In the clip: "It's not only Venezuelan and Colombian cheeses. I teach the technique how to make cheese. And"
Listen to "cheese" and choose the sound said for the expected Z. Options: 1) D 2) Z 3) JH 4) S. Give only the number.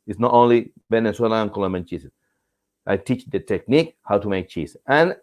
4